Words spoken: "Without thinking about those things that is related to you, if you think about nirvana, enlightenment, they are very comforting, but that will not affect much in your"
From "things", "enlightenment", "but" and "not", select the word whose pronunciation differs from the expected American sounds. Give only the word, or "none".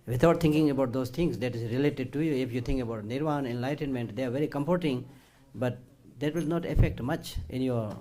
things